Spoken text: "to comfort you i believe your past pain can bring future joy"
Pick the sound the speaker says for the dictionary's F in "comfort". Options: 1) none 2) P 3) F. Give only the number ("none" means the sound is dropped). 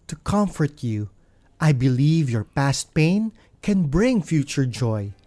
3